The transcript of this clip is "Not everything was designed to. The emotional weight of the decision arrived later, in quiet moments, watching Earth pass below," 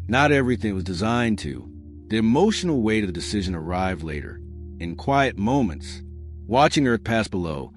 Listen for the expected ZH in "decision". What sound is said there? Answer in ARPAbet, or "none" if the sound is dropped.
ZH